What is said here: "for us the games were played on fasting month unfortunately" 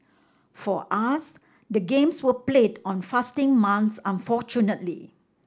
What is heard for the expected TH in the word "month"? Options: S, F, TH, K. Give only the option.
S